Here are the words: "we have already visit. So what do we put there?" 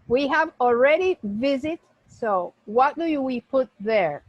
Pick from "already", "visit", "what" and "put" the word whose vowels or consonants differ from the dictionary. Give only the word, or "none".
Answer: none